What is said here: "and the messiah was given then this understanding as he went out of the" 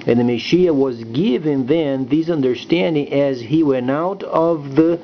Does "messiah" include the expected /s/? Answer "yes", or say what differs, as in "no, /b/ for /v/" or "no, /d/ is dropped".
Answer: no, /ʃ/ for /s/